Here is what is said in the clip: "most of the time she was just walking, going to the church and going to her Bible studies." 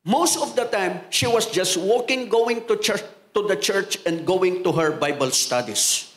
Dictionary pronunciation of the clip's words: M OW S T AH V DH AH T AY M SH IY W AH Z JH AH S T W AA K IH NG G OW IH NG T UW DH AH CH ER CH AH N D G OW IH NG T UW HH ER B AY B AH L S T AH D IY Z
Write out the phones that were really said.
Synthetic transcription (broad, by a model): M OW S T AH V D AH T AY M SH IY W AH S JH AH S T W AA K IH NG G OW IH NG T UW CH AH CH ER CH AH N D G OW IH NG T UW HH ER B AY B AH L S T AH D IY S